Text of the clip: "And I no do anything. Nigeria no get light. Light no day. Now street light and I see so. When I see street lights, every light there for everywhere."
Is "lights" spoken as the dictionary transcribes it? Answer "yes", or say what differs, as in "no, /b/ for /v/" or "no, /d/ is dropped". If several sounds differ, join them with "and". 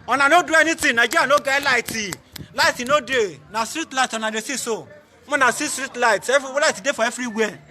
no, /s/ is dropped